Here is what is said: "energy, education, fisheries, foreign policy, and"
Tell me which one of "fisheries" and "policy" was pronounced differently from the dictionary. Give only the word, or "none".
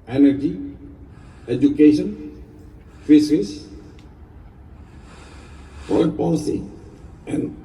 fisheries